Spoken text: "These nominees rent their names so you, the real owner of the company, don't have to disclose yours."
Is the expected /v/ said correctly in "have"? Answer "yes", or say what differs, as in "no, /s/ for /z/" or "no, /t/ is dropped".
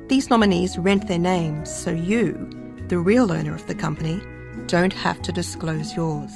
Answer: no, /f/ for /v/